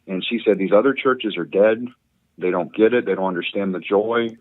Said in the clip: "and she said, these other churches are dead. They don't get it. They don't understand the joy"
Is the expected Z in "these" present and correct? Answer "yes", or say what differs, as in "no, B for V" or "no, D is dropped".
yes